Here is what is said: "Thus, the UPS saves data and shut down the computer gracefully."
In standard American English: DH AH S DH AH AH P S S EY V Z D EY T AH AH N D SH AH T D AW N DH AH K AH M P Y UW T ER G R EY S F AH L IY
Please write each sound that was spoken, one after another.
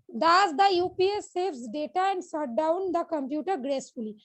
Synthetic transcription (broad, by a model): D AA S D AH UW P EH S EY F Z D EY T AH AH N D S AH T D AW N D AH K AH M P Y UW T ER G R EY S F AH L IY